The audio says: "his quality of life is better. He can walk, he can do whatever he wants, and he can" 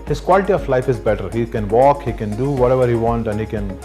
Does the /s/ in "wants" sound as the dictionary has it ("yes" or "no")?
no